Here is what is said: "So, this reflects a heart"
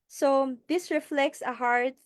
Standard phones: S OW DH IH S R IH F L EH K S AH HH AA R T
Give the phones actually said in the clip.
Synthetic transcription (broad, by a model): S OW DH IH S R IH F L EH K S AH HH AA R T